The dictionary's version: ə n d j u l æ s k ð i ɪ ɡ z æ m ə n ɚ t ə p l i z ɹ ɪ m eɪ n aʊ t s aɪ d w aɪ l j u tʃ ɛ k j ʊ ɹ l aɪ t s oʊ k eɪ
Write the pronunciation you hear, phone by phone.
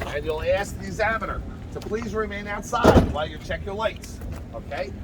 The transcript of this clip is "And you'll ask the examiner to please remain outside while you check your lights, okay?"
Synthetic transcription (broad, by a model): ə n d j u l æ s k ð i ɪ ɡ z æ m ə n ɚ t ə p l i z ɹ ɪ m eɪ n aʊ t s aɪ d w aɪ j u tʃ ɛ k j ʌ ɹ l aɪ t s oʊ k eɪ